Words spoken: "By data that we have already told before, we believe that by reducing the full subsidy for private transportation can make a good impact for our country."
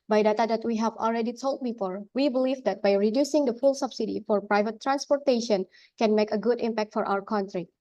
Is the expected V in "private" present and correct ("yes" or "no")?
yes